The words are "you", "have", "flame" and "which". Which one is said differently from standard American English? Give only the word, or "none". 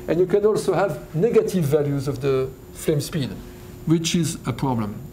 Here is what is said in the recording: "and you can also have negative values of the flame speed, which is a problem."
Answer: none